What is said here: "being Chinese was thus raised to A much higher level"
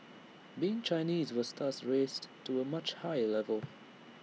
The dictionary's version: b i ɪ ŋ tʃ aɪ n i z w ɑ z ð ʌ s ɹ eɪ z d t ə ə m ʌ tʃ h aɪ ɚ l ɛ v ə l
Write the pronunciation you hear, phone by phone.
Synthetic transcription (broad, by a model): b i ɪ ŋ tʃ aɪ n i z w ɑ z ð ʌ s ɹ eɪ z t ə ə m ʌ tʃ h aɪ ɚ l ɛ v ə l